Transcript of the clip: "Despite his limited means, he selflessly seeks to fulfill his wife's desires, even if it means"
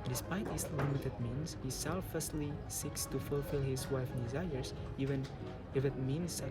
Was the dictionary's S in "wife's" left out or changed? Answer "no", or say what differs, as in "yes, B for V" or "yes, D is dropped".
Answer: yes, S is dropped